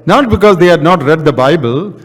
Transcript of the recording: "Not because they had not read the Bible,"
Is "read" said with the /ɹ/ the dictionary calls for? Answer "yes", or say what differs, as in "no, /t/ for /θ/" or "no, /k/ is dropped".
yes